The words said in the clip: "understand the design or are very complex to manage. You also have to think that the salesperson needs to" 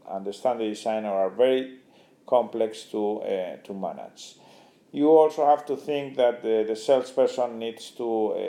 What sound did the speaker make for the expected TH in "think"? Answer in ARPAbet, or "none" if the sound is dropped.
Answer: TH